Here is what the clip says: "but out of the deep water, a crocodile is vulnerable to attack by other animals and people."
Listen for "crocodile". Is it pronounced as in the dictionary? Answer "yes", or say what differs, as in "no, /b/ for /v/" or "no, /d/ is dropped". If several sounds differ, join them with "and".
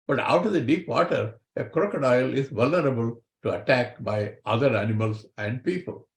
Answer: yes